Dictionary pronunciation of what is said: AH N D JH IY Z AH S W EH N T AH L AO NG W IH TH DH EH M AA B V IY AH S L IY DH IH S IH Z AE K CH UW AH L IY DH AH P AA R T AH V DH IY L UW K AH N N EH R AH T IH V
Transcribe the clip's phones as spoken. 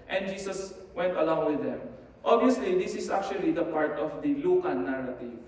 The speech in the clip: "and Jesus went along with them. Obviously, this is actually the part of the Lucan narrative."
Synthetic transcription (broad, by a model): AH N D JH IY S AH S W EH N T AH L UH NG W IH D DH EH M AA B IY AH S L IY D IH S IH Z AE K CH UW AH L IY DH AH P AA R T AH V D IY L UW K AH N N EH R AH T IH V